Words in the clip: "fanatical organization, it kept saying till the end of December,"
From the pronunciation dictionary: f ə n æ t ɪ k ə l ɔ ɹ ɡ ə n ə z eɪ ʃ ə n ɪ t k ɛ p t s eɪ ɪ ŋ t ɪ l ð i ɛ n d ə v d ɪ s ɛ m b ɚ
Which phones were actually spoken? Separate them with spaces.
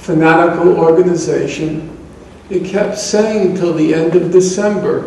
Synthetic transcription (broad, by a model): f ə n æ t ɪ k l ɔ ɹ ɡ ə n ə z eɪ ʃ ə n ɪ t k ɛ p t s eɪ ɪ ŋ t ɪ l ð i ɛ n d ə v d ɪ s ɛ m b ɚ